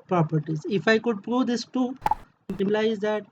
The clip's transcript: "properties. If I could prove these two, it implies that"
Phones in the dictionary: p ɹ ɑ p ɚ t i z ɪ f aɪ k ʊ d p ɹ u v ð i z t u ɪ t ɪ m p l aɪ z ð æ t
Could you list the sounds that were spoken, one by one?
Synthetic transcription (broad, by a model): p ɹ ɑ p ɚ t i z ɪ f aɪ k ʊ d p ɹ u v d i s t u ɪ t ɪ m l aɪ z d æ t